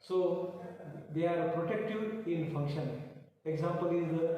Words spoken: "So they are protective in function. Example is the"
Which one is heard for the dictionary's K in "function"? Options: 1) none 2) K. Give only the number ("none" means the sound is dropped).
2